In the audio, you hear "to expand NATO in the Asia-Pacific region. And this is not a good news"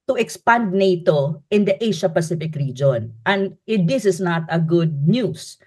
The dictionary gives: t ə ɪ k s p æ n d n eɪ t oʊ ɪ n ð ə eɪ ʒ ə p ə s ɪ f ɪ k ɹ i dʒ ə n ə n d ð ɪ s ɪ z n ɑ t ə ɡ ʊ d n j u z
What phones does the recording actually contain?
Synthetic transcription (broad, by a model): t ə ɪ k s p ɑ n d n eɪ t oʊ ɪ n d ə eɪ ʃ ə p ə s ɪ f ɪ k ɹ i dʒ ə n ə n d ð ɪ s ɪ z n ɑ t ə ɡ ʊ d n j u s